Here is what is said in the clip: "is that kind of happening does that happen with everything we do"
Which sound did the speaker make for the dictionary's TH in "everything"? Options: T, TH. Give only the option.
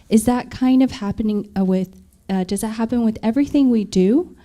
TH